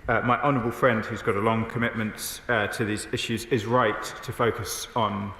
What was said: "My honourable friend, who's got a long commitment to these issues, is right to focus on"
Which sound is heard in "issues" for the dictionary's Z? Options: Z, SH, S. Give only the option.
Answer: Z